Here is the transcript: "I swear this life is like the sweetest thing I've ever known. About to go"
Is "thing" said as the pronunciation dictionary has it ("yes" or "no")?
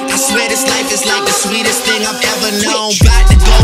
yes